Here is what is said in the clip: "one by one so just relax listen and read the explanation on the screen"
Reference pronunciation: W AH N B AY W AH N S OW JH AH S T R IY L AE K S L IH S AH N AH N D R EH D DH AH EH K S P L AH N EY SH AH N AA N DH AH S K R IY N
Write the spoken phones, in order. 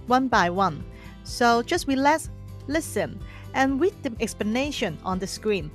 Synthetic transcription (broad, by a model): W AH N B AY W AH N S OW JH AH S T W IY L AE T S L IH S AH N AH N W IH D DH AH EH K S P L AH N EY SH AH N AA N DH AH S K R IY N